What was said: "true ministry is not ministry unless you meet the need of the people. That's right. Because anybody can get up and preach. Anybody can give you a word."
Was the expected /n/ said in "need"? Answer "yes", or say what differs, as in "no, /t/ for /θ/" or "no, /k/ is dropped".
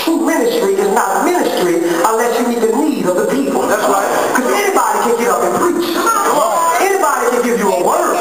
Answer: no, /l/ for /n/